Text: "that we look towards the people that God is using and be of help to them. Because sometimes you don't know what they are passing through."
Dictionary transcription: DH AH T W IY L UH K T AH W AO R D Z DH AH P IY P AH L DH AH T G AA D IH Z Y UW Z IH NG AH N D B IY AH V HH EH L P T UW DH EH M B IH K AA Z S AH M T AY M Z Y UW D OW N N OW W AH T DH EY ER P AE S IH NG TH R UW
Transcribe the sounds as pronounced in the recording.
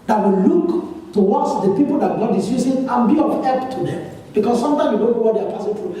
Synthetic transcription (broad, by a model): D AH T W IY L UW K T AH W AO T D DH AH P IY P AH L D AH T G AA D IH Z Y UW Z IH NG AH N B IY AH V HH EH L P T UW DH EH M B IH K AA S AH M T AY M Y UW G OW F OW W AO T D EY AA P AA S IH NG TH R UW